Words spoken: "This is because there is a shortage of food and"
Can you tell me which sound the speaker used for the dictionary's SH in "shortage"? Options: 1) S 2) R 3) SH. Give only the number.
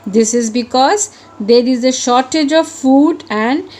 3